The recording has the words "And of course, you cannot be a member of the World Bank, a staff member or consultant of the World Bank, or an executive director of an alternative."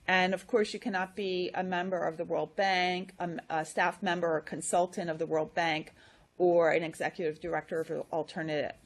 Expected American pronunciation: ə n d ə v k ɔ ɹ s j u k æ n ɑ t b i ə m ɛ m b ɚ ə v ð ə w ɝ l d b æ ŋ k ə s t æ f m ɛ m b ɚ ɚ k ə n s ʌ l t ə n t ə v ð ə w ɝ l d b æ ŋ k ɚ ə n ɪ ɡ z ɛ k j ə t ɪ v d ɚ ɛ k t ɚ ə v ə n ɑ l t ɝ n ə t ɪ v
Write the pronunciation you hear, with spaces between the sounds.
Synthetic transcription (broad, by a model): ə n ə v k ɔ ɹ s j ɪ k æ n ɑ t b i ə m ɛ m b ɚ ə v ð ə w ɝ l d b æ ŋ k ə s t æ f m ɛ m b ɚ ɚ k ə n s ʌ l t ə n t ə v ð ə w ɝ l d b æ ŋ k ɚ ə n ɪ ɡ z ɛ k j ə t ɪ v d ɚ ɛ k t ɚ ə v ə l t ɝ n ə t ɪ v